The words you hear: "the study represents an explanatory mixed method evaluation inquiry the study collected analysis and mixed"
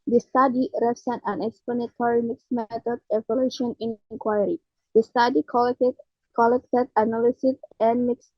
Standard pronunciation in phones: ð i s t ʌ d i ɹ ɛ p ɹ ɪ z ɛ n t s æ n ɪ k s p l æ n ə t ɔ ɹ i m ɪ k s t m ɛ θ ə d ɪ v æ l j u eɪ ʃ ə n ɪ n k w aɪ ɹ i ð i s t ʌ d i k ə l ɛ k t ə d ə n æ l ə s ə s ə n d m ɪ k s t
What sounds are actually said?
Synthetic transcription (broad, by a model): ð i s t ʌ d i ɹ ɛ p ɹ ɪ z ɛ n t æ n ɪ k s p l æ n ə t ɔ ɹ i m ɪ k s m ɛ t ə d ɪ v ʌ l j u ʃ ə n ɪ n k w aɪ ɹ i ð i s t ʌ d i k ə l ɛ k t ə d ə n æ l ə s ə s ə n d m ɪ k s